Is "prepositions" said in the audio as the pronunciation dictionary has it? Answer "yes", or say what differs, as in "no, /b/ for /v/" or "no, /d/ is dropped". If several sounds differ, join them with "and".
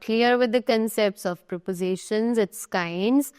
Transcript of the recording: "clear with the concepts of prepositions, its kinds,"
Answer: yes